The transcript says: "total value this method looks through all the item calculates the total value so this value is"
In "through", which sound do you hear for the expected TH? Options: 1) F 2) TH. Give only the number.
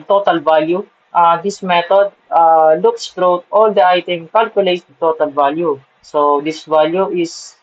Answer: 1